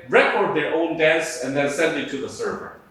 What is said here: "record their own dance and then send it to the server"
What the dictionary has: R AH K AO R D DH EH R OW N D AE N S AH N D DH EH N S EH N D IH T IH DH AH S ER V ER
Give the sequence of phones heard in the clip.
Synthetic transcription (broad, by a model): R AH K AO R D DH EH R OW N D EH S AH N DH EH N S EH N D IH T IH DH AH S ER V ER